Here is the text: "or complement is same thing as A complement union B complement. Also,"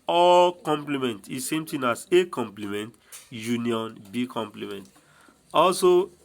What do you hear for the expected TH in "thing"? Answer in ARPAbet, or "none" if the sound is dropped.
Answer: T